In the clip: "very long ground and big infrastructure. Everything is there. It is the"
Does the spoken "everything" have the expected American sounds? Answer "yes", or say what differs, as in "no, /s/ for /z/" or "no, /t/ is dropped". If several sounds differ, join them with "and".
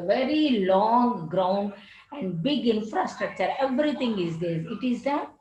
no, /t/ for /θ/